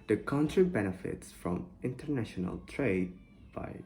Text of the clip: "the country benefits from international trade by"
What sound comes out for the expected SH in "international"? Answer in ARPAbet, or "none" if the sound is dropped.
SH